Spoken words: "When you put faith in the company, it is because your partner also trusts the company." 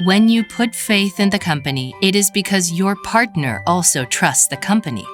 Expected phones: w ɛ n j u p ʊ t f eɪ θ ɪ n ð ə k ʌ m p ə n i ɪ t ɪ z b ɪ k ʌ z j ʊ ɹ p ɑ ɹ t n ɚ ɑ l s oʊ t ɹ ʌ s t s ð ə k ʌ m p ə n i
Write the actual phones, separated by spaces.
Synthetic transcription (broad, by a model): w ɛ n j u p ʊ t f eɪ θ ɪ n ð ə k ʌ m p ə n i ɪ t ɪ z b ɪ k ʌ z j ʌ ɹ p ɑ ɹ t n ɚ ɑ l s oʊ t ɹ ʌ s t s ð ə k ʌ m p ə n i